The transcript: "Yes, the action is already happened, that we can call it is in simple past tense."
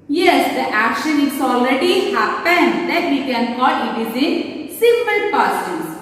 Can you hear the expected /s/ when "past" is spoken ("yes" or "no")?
no